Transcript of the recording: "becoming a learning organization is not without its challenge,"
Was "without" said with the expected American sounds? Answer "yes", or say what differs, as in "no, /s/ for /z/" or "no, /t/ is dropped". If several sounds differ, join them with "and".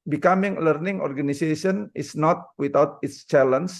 no, /t/ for /θ/